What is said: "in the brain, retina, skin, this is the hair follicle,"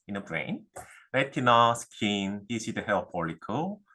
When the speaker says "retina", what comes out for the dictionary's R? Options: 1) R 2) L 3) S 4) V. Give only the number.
2